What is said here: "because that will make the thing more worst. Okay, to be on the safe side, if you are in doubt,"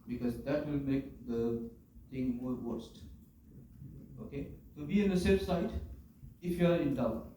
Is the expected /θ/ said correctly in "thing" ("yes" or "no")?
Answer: no